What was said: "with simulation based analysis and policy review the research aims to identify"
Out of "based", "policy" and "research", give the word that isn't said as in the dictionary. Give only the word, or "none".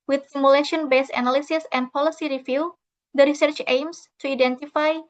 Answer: based